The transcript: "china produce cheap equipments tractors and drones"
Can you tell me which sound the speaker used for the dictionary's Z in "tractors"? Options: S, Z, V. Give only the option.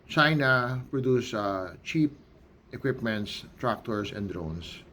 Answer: S